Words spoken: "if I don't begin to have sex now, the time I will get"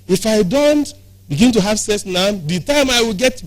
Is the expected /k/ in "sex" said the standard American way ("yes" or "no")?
no